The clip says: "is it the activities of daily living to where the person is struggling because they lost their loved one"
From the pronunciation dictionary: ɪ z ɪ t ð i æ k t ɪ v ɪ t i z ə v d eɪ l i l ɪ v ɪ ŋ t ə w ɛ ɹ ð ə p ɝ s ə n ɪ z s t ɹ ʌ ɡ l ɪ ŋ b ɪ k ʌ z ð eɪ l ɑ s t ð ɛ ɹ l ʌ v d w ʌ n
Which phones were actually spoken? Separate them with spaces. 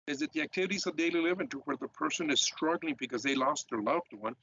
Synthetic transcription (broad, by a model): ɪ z ɪ t ð i æ k t ɪ v ɪ t i z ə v d eɪ l i l ɪ v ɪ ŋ t ə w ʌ ɹ ð ə p ɝ s ə n ɪ z s t ɹ ʌ ɡ l ɪ ŋ b ɪ k ʌ z ð eɪ l ɑ s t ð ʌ ɹ l ʌ v d w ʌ n